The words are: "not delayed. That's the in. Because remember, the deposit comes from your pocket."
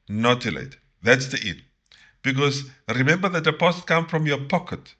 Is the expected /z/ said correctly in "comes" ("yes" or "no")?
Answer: no